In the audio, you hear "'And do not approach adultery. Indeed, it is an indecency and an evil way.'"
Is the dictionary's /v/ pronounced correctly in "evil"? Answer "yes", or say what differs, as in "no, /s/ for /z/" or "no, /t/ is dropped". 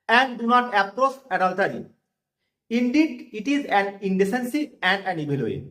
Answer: no, /b/ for /v/